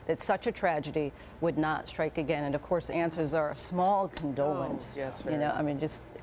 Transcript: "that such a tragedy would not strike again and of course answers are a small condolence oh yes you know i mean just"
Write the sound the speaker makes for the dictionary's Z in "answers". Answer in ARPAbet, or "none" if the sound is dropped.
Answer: Z